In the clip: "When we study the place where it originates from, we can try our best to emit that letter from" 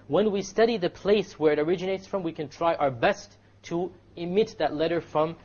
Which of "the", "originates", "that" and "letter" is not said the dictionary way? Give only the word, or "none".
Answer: none